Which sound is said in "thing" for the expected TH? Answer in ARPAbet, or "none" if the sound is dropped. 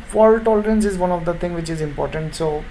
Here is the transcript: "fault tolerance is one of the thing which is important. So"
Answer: T